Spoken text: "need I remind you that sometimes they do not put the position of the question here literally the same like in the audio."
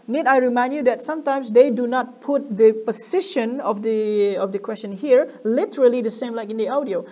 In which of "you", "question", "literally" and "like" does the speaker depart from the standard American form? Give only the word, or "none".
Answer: none